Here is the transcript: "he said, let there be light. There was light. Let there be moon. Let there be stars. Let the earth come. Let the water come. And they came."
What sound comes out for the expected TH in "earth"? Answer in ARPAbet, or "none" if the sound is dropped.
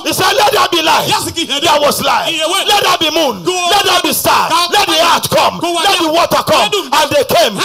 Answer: T